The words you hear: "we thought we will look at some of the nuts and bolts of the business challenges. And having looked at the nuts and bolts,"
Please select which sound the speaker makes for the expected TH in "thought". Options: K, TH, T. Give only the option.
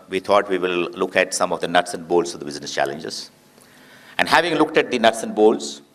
T